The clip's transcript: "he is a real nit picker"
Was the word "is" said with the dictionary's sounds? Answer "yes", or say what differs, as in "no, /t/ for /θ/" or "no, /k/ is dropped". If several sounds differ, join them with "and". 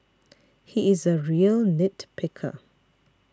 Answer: yes